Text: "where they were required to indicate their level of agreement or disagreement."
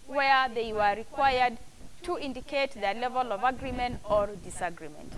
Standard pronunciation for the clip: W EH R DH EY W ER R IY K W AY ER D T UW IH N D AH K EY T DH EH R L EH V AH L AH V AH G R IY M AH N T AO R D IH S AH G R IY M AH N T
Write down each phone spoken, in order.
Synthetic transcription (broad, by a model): W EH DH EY W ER R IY K W AY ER D T UW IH N D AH K EY T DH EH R L EH V AH L AH V AH G R IY M AH N T AO R D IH S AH G R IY M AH N T